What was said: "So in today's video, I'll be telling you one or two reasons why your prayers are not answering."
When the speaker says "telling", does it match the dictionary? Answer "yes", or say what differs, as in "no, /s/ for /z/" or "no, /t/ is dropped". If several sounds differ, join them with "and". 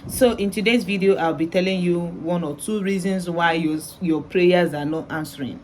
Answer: yes